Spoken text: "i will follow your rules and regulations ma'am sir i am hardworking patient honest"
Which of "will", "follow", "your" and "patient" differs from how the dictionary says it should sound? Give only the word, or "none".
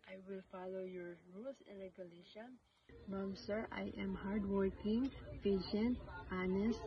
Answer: patient